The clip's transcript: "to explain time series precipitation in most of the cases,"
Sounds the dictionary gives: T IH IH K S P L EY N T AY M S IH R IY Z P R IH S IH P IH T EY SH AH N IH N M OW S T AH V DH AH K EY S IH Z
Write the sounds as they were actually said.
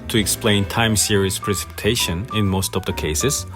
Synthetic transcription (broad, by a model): T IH IH K S P L EY N T AY M S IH R IY S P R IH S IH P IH T EY SH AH N IH N M OW S T AH V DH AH K EY S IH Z